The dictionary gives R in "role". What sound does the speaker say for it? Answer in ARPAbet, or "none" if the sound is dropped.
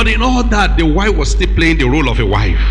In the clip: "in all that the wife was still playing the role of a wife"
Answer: R